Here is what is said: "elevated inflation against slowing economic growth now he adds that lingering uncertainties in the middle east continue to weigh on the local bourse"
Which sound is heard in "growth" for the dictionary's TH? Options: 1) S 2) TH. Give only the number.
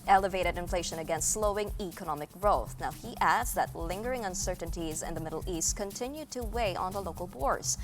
2